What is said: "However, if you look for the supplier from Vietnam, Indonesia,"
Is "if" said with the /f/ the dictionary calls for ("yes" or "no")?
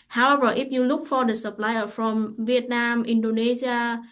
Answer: no